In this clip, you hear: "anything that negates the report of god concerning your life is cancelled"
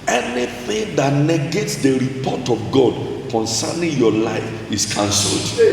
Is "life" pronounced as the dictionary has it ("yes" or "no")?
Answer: yes